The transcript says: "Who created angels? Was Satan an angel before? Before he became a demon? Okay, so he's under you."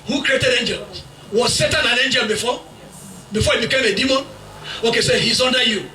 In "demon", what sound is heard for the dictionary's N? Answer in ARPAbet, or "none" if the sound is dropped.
N